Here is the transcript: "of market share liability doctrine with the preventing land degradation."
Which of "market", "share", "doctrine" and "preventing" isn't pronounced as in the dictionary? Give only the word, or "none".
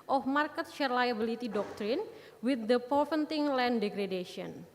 preventing